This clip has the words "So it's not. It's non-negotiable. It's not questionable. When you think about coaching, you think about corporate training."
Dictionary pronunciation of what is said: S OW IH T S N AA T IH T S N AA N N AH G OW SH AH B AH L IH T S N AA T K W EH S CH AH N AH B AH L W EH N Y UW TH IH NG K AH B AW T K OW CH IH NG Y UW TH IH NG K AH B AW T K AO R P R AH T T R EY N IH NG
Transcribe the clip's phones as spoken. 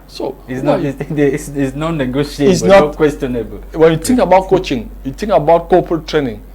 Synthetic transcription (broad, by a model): S OW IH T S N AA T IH S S N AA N N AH G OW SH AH AH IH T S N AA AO K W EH S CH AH N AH B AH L W EH N Y UW T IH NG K AH B AW T K OW CH IH NG Y UW T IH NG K AH B AW T K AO P R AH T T R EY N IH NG